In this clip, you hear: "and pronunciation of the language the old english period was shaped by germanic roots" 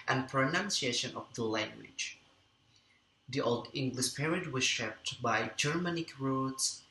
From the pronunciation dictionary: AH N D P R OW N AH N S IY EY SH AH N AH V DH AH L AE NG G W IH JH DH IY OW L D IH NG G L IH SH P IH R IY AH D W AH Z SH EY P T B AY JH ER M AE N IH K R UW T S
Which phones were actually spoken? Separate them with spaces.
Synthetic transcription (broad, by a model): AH N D P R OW N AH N S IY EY SH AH N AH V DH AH L AE NG G W IH JH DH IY OW L D IH NG G L IH SH P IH R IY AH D W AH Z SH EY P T B AY JH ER M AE N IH K R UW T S